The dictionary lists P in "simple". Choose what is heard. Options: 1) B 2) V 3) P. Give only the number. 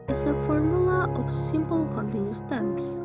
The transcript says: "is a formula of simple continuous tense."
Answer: 3